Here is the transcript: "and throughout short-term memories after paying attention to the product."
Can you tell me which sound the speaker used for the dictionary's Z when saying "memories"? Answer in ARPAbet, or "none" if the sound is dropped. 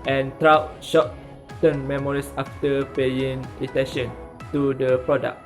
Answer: S